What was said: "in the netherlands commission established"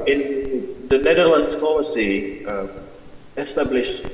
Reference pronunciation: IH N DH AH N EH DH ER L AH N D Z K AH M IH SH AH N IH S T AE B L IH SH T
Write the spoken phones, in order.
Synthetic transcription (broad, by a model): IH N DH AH N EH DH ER L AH N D S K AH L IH S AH IH S T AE B L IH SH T